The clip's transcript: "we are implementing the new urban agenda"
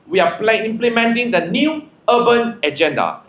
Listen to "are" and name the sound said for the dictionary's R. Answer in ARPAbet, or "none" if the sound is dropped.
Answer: L